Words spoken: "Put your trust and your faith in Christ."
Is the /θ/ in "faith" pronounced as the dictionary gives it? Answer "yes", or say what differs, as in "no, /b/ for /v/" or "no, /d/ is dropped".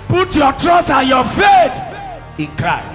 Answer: no, /t/ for /θ/